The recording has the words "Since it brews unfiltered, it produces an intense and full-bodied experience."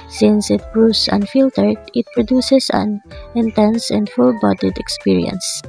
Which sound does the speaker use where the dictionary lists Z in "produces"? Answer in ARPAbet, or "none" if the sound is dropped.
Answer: S